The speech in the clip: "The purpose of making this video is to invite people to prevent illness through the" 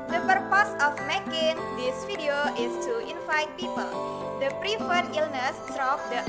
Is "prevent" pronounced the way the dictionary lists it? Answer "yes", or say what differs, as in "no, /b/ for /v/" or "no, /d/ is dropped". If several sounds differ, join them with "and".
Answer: no, /f/ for /v/